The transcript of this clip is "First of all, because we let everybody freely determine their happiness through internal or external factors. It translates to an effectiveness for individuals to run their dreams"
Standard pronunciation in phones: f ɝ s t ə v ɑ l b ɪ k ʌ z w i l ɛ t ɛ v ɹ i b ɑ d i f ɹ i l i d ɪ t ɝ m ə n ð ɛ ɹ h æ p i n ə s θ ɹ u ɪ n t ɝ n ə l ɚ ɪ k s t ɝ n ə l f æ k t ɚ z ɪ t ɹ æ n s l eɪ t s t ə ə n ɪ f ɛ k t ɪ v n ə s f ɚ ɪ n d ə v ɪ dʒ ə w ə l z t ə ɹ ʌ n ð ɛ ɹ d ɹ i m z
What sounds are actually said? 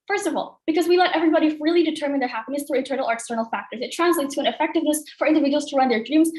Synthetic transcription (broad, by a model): f ɝ s t ə v ɑ l b ɪ k ʌ z w i l ɛ t ɛ v ɹ i b ɑ d i f ɹ i l i d ɪ t ɝ m ə n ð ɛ ɹ h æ p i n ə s θ ɹ u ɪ n t ɝ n l ɚ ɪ k s t ɝ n l f æ k t ɚ z ɪ t ɹ æ n s l eɪ t s t ə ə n ɪ f ɛ k t ɪ v n ə s f ɚ ɪ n d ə v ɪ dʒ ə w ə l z t ə ɹ ʌ n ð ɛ ɹ d ɹ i m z